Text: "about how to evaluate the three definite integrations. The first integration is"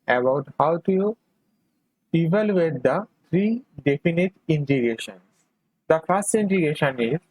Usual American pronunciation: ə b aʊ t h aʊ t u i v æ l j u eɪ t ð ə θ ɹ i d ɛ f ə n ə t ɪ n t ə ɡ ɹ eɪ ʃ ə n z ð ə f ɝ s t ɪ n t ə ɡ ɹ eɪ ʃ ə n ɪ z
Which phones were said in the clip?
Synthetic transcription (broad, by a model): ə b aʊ t h aʊ t u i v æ l j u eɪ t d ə t ɹ i d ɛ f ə n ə t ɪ n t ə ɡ eɪ ʃ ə n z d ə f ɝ s t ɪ n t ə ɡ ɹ eɪ ʃ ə n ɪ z